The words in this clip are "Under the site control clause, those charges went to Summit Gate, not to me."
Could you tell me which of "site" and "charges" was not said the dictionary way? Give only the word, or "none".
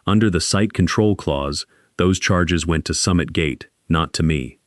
none